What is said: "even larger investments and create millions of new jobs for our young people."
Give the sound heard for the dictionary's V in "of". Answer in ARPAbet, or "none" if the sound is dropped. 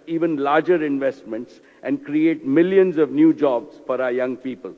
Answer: V